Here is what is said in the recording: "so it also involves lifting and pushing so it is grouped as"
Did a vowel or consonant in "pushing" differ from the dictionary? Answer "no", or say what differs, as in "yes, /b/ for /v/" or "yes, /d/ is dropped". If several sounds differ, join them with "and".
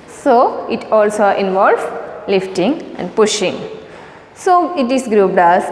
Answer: no